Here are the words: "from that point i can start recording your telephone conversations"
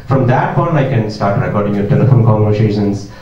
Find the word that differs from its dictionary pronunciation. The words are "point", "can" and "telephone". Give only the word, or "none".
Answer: point